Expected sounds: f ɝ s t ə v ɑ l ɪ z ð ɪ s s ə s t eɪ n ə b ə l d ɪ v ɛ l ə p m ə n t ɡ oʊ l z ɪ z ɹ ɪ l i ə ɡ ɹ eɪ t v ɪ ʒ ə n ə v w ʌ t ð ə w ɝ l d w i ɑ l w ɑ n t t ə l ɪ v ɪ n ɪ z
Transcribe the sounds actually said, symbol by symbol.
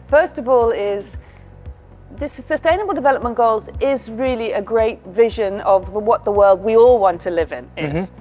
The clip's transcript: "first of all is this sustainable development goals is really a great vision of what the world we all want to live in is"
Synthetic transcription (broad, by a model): f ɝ s t ə v ɑ l ɪ z ð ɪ s s ə s t eɪ n ə b ə l d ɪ v ɛ l ə p m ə n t ɡ oʊ l z ɪ z ɹ ɪ l i ə ɡ ɹ eɪ t v ɪ ʒ ə n ə v w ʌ t ð ə w ɝ l d w i ɑ l w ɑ n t t ə l ɪ v ɪ n ɪ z